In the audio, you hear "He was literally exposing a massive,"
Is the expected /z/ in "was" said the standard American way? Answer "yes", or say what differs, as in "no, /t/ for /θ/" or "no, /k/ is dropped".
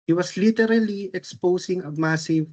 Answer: no, /s/ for /z/